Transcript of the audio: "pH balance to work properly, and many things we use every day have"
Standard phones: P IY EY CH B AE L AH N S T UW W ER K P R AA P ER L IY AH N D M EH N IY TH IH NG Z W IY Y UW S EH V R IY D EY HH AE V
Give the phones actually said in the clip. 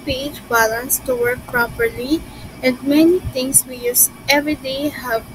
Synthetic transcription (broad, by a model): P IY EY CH B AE L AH N S T UW W ER K P R AA P ER L IY AH N D M EH N IY T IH NG S W IY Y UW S EH V R IY D EY HH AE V